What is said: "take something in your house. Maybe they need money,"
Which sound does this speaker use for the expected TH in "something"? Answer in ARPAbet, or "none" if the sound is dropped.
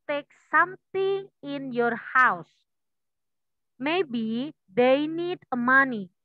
T